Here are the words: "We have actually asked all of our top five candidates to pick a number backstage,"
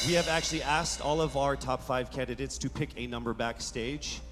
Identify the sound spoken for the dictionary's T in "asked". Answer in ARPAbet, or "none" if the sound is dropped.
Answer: T